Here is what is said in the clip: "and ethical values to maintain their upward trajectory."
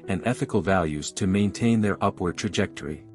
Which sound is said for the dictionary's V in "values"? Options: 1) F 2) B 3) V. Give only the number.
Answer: 3